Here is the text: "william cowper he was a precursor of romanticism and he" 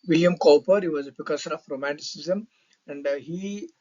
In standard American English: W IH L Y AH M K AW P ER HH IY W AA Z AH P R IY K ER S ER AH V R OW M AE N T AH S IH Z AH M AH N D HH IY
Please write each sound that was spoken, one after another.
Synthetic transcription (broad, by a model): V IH L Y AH M K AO P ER HH IY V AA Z AH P IY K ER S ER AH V R OW M AE N T AH S IH Z AH M AH N D HH IY